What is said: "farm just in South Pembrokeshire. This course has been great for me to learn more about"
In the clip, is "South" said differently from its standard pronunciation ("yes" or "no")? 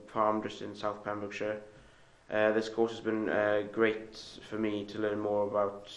no